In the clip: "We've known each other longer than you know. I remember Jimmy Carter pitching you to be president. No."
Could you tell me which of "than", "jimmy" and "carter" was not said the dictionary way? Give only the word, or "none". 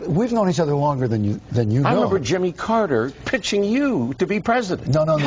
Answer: none